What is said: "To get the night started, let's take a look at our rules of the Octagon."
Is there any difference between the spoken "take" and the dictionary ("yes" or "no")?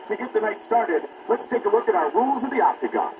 no